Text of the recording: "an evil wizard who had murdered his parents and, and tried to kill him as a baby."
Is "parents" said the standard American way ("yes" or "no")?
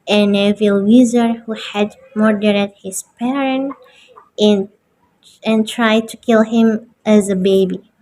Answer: no